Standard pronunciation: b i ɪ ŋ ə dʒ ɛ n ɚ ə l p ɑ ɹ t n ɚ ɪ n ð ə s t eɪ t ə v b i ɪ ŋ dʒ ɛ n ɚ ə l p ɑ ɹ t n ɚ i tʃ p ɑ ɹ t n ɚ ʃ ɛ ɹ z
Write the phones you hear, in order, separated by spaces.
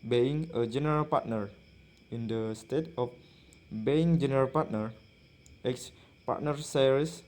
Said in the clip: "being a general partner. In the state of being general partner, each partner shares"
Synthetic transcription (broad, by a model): b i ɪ ŋ ə dʒ ɛ n ɚ ə l p ɑ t n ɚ ɪ n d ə s t eɪ t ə f b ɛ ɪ ŋ dʒ ɛ n ɚ ə l p ɑ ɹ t n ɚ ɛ s p ɑ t n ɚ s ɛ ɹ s